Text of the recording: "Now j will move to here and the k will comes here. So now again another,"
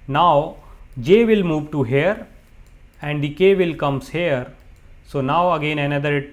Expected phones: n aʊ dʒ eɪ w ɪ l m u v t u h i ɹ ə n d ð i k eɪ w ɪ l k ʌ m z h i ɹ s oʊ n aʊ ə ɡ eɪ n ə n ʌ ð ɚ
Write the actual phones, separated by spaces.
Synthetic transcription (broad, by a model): n aʊ dʒ eɪ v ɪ l m u v t u h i ɹ ə n d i k eɪ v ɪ l k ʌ m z h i ɹ s oʊ n aʊ ə ɡ eɪ n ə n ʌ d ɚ